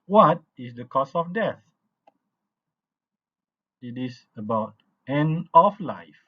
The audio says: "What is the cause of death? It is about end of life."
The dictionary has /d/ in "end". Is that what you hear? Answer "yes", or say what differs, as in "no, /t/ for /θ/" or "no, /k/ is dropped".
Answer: no, /d/ is dropped